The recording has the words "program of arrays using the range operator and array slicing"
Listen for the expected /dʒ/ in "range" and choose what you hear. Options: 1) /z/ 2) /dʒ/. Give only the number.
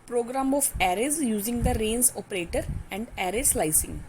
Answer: 1